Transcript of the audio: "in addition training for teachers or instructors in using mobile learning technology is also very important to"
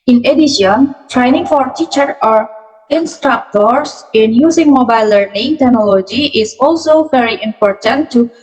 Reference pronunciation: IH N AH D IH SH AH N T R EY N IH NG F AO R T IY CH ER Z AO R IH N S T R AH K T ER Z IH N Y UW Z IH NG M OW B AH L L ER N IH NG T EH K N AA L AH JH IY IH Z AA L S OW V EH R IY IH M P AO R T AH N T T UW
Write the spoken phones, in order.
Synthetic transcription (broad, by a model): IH N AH D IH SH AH N T R EY N IH NG F AO R T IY CH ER AO R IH N S T R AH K T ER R IH N Y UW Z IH NG M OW B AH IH L ER N IH NG T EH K N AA L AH JH IY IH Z AA L S OW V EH R IY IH M P AO R T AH N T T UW